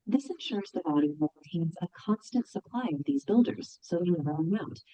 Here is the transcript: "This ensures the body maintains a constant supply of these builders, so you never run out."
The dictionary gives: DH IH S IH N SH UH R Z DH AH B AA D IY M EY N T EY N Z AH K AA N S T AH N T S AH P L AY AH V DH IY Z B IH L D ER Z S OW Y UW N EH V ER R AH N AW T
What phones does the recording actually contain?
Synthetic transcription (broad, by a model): DH IH S IH N SH UH R Z DH AH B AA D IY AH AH T EY N Z AH K AA N S T AH N T S AH P L AY AH V DH IY Z B IH L D ER Z S OW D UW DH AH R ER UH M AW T